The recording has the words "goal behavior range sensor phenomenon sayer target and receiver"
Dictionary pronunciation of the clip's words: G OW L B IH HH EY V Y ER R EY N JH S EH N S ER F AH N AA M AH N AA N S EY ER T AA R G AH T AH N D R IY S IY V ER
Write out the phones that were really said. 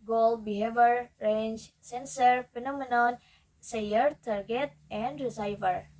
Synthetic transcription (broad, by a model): G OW L B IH HH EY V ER R EY N JH S EH N S ER P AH N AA M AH N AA N S EY ER T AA R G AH T AH N D R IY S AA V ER